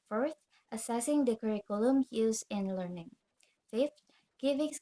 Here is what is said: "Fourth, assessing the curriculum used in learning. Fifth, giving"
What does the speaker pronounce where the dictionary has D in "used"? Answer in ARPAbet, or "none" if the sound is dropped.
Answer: none